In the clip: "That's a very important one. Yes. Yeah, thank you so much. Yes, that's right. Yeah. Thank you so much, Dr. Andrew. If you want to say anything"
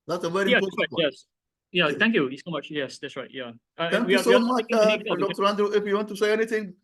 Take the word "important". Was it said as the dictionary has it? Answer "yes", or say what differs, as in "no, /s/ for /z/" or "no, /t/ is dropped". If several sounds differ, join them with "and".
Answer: no, /m/ is dropped